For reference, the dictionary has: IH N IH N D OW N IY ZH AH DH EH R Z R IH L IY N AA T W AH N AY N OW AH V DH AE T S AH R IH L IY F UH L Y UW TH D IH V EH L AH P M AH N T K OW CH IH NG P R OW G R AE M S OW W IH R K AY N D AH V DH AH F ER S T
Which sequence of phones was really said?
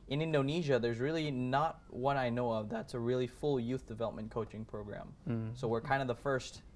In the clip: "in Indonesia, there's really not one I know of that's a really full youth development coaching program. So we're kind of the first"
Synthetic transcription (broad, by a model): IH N IH N D OW N IY ZH AH DH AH R Z R IH L IY N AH T W AH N AY N OW AH V DH AE T S AH R IH L IY F UH L Y UW TH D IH V EH L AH P M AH N K OW CH IH NG P R OW G R AE M S OW W IH R K AY N D AH V DH AH F ER S T